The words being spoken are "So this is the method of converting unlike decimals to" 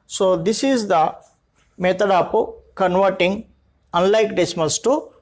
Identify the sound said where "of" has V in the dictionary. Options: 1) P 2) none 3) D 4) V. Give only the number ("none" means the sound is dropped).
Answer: 1